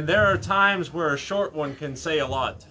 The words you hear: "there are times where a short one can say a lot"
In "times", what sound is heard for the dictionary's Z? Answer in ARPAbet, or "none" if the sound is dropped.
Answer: Z